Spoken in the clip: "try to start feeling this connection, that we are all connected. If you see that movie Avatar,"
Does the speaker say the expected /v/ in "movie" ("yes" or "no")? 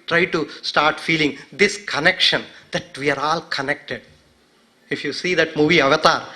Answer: yes